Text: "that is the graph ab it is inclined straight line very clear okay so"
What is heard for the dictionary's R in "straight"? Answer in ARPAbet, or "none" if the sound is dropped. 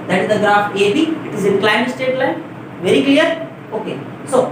none